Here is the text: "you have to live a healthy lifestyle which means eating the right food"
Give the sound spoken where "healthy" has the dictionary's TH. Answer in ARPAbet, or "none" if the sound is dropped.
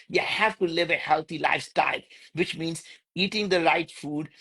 T